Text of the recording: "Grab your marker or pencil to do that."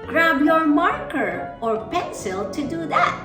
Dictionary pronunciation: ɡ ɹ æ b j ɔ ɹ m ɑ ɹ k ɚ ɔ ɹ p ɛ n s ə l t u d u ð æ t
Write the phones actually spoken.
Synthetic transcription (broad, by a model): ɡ ɹ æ b j ɔ ɹ m ɑ ɹ k ɚ ɔ ɹ p ɛ n s ə l t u d u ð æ t